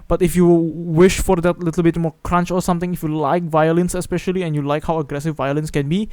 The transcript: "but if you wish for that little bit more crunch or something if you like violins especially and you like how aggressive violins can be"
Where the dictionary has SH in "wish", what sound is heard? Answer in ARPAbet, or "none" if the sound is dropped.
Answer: SH